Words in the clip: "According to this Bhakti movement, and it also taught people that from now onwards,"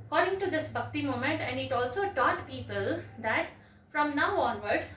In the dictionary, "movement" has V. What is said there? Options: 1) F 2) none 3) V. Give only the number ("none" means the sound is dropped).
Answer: 2